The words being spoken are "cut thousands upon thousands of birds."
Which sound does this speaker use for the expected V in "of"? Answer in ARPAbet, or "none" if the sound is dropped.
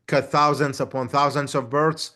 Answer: V